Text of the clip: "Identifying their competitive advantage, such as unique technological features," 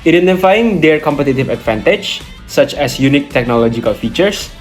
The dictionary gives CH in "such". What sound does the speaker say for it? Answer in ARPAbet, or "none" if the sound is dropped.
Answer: CH